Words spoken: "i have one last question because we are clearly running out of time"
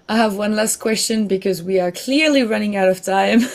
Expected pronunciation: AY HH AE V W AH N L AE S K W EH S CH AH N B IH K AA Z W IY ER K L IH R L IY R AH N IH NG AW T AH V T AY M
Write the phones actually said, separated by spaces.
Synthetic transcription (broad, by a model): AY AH V W AH N L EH S K W EH S CH AH N B IH K AA Z W IY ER K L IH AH L IY R AH N IH NG AW T AH V T AY M